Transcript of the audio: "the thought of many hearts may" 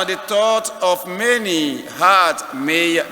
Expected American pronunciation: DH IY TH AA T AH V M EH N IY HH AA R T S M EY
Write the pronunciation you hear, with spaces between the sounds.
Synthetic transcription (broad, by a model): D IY T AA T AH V M EH N IY HH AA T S M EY